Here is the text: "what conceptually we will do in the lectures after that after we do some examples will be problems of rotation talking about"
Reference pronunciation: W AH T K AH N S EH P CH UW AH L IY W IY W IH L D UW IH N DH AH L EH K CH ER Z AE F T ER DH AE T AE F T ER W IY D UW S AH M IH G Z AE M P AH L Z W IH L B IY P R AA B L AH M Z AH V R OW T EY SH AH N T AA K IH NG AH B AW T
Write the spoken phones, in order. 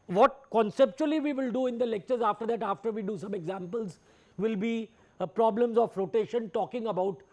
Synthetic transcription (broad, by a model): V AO T K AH N S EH P CH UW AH L IY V IY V IH L D UW IH N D AH L EH K CH ER Z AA F T ER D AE T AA F T ER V IY D UW S AH M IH G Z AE M P AH L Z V IH L B IY P R AA B L AH M Z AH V R OW T EY SH AH N T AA K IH NG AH B AW T